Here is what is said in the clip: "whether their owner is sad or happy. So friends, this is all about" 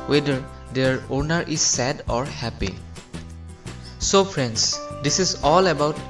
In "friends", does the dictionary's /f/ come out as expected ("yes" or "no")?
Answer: no